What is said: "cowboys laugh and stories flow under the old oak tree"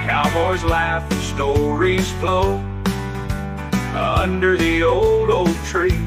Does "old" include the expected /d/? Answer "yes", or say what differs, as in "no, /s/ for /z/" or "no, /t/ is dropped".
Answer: yes